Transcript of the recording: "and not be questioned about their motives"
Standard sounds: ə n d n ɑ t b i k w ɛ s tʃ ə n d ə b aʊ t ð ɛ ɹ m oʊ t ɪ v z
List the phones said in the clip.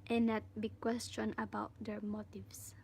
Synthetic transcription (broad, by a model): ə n n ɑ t b i k w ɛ s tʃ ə n ə b aʊ t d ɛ ɹ m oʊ t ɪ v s